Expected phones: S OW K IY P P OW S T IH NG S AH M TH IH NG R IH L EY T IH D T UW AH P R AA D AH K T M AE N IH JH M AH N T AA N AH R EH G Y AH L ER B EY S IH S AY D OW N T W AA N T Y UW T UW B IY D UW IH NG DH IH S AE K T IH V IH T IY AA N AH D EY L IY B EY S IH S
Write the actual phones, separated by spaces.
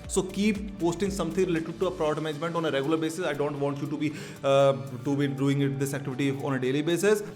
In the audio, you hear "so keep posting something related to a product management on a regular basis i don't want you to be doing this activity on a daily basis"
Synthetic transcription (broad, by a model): S OW K IY P P OW S T IH NG S AH M T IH NG R IH L EY T IH D T UW AH P R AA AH T M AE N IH JH M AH N T AA N AH R EH G Y AH L ER B EY S IH S AY D OW N T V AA N T Y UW T UW B IY D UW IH NG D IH S AE K T IH V IH T IY AA N AH D EY L IY B EY S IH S